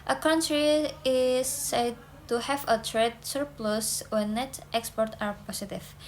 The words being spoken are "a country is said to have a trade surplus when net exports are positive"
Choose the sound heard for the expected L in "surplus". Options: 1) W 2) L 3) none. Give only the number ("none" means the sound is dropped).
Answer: 2